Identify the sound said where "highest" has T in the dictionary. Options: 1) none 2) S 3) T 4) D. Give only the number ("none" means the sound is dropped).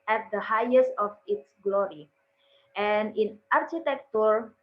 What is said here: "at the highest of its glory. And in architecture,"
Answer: 3